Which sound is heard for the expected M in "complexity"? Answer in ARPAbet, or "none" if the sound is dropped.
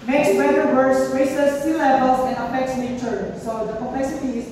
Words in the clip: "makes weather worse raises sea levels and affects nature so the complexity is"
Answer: none